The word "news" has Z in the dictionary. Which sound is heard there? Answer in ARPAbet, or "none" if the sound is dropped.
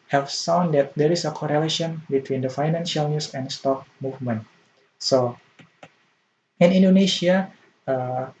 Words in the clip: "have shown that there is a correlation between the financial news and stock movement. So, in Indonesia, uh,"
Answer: S